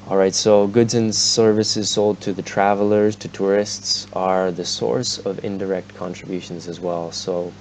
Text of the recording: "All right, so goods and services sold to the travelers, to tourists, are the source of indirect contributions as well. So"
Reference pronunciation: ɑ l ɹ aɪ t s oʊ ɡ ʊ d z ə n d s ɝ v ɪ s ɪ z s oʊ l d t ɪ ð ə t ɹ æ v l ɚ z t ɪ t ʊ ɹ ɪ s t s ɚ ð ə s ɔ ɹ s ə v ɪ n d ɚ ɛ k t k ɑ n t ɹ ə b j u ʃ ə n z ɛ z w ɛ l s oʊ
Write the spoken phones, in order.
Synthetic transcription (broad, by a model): ɑ l ɹ aɪ t s oʊ ɡ ʊ d z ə n s ɝ v ɪ s ɪ z s oʊ l d t ɪ ð ə t ɹ æ v l ɚ z t ɪ t ʊ ɹ ɪ s t s ɚ ð ə s ɔ ɹ s ə v ɪ n d ɚ ɛ k t k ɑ n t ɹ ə b j u ʃ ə n z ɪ z w ɛ l s oʊ